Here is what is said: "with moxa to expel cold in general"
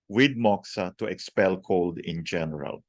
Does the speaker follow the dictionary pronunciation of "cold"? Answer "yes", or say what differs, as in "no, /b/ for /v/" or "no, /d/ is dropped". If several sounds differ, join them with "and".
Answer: yes